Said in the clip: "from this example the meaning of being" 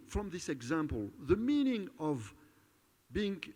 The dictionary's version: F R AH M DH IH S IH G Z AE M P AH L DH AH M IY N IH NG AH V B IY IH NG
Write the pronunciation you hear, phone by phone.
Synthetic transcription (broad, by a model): F R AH M DH IH S IH G Z AE M P AH L DH AH M IY N IH NG AH V B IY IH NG